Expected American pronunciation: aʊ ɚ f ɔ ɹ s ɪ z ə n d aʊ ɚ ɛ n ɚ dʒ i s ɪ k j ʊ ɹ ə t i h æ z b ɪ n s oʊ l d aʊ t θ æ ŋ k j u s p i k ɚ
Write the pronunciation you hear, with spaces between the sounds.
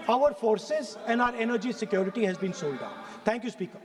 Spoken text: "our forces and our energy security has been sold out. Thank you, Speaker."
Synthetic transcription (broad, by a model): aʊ ɚ f ɔ ɹ s ɪ z ə n d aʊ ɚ ɛ n ɚ dʒ i s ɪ k j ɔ ɹ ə t i h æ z b ɪ n s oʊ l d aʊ t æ ŋ k j u s p i k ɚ